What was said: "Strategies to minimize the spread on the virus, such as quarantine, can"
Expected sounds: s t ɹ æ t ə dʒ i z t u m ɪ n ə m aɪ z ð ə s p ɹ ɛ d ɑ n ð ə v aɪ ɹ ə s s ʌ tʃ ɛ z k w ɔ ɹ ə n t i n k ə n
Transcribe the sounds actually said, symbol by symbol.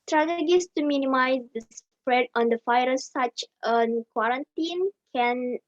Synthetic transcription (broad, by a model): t ɹ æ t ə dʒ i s t u m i n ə m aɪ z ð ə s p ɹ ɛ d ɑ n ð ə f aɪ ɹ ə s s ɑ tʃ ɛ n k w ɔ ɹ ə n t i n k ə n